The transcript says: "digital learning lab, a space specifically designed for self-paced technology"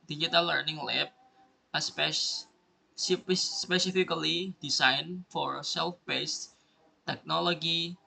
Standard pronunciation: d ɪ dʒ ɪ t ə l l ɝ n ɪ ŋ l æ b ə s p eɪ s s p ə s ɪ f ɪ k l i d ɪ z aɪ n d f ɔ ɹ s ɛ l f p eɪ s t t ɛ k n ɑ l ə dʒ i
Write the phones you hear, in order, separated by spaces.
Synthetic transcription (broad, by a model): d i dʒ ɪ t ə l l ɝ n ɪ ŋ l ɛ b ə s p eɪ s s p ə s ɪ f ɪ k l i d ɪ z aɪ n f ɔ ɹ s ɛ l f b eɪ s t t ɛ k n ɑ l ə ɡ i